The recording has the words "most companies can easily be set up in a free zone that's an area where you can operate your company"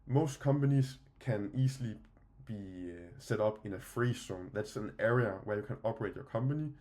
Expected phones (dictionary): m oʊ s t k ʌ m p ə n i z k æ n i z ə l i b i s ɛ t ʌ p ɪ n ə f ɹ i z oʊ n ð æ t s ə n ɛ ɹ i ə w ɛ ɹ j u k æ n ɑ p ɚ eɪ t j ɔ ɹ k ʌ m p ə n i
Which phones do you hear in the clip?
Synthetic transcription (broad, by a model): m oʊ s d k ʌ m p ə n i s k æ n i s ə l i b i s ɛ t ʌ b ɪ n ə f ɹ i s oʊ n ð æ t s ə n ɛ ɹ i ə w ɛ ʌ j u k æ n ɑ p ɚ eɪ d j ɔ k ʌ m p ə n i